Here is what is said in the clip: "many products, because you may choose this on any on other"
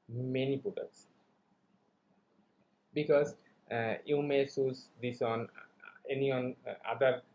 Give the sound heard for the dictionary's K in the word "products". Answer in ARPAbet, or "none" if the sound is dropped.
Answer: none